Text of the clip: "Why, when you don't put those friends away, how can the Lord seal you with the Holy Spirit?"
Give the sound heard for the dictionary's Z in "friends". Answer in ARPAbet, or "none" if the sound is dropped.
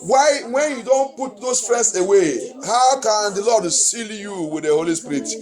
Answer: S